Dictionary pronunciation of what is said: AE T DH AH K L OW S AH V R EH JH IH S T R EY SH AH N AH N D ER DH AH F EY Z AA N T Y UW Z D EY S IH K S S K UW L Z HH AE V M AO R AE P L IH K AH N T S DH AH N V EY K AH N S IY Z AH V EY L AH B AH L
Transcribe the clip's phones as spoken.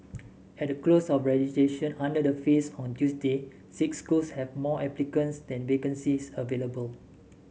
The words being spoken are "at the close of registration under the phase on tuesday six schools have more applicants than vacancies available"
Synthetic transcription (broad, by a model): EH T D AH K L OW S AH F R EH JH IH T EY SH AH N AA N D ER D AH F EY S AA N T Y UW S D EY S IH K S S K UW L S HH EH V M AO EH P L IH K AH N S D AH N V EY K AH N S IY S AH V EY L AH B AH L